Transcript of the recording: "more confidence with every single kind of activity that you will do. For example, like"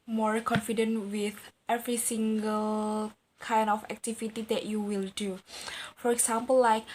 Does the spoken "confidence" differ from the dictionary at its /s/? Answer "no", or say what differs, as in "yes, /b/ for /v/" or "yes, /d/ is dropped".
yes, /s/ is dropped